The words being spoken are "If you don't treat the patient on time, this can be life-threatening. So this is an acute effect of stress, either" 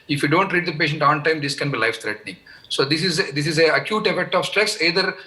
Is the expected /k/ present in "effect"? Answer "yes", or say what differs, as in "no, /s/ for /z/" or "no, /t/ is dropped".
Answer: yes